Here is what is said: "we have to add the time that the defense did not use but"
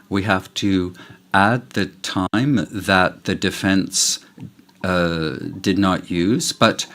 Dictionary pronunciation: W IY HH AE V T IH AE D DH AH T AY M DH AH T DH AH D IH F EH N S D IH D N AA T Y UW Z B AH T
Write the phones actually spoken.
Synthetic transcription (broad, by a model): W IY HH AE F T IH AE D DH AH T AY M DH AH T DH AH D IH F EH N S D IH D N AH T Y UW Z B AH T